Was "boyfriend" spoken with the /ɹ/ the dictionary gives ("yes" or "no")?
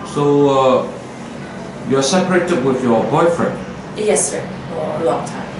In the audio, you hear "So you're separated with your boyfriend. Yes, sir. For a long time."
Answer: yes